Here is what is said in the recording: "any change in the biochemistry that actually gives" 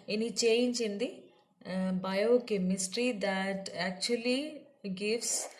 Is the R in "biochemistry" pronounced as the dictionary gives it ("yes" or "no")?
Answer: yes